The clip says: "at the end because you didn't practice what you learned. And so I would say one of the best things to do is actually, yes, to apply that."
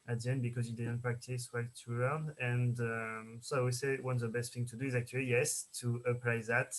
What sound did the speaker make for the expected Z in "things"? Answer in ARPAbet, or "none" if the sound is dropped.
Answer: none